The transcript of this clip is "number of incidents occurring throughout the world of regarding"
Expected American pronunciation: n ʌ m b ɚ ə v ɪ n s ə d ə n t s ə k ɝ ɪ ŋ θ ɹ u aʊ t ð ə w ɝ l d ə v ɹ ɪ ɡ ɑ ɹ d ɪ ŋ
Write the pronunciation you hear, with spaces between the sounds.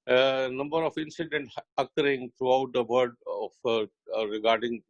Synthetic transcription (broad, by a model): n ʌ m b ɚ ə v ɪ n s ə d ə n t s ə k ɝ ɪ ŋ t ɹ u aʊ t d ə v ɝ d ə f ɹ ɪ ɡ ɑ ɹ d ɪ ŋ